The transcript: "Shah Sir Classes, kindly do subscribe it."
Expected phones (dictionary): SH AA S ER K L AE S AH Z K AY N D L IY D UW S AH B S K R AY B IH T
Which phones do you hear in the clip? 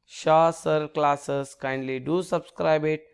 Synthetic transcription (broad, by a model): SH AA S ER K L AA S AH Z K AY N D L IY D UW S AH B S K R AY B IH T